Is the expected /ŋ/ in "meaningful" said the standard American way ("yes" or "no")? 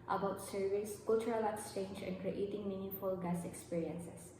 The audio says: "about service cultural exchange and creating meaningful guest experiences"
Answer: no